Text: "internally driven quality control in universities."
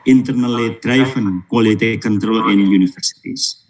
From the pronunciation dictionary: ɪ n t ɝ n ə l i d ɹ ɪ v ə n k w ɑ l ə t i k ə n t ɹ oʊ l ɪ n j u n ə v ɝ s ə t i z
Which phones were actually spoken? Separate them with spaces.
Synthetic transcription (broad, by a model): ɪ n t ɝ n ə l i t ɹ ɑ f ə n k w ɑ l ə t i k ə n t ɹ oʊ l ɪ n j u n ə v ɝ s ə t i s